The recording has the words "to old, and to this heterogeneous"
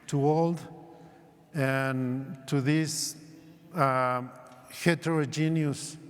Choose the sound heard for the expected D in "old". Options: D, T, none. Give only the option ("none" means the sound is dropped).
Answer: D